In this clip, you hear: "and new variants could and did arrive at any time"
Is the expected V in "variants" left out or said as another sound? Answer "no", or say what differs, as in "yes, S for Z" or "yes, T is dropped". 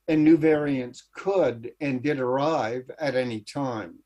no